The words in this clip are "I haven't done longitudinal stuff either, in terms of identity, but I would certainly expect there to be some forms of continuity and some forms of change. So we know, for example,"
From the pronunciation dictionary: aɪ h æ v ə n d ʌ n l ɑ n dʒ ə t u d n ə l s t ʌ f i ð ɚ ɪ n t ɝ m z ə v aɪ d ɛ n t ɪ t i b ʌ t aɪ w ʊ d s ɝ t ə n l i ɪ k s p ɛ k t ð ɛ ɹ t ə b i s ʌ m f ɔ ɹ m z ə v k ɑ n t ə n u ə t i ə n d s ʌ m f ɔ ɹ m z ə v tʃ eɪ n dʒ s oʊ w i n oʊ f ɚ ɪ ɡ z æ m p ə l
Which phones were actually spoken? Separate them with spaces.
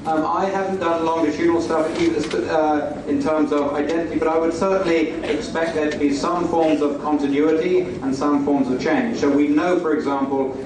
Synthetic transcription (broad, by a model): aɪ h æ v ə n d ʌ n l ɑ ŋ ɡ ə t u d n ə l s t ʌ f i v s ɪ n t ɝ m z ə v aɪ d ɛ n t ɪ t i b ʌ t aɪ w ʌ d s ɝ t n l i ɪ k s p ɛ k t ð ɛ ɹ t ə b i s ʌ m f ɔ ɹ m z ə v k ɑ n t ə n u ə t i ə n s ʌ m f ɔ ɹ m z ə v tʃ eɪ n ʒ s oʊ w i n oʊ f ɚ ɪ ɡ z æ m p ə l